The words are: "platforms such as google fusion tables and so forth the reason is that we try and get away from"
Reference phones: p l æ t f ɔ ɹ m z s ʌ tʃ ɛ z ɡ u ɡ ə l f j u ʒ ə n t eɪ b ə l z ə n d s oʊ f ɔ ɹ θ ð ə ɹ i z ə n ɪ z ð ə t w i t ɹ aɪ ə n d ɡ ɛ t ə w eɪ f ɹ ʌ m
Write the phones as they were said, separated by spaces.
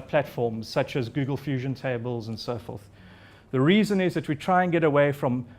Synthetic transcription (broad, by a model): p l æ t f ɔ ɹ m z s ʌ tʃ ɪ z ɡ u ɡ ə l f j u ʒ ə n t eɪ b ə l z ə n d s oʊ f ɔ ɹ θ ð ə ɹ i z ə n ɪ z ð ə t w i t ɹ aɪ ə n ɡ ɛ t ə w eɪ f ɹ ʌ m